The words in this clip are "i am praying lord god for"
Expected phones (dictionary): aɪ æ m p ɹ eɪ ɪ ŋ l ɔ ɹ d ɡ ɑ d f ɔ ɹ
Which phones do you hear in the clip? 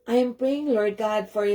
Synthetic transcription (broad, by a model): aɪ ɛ m p ɹ eɪ ɪ ŋ l ɔ ɹ d ɡ ɑ d f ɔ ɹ